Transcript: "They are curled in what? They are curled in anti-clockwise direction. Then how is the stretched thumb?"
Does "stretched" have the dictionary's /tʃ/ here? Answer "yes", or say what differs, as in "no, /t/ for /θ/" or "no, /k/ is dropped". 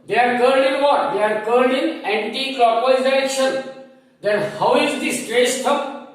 no, /s/ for /tʃ/